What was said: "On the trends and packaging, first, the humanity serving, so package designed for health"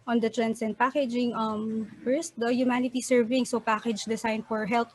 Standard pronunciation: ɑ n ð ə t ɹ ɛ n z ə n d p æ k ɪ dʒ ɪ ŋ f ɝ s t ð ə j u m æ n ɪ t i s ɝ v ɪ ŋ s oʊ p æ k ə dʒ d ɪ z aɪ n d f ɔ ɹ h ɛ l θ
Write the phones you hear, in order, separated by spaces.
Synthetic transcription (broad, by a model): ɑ n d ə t ɹ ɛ n s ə n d p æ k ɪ dʒ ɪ ŋ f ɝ s t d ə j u m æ n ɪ t i s ɝ v ɪ ŋ s oʊ p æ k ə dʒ d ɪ s aɪ n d f ɔ ɹ h ɛ l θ